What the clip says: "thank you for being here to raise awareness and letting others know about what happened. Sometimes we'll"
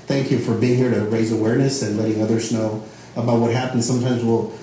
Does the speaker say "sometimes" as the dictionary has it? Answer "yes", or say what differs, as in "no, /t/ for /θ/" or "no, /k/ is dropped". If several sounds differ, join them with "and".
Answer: yes